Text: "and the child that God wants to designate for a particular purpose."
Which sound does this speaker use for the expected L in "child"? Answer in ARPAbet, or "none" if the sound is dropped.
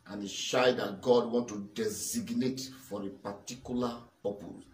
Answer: none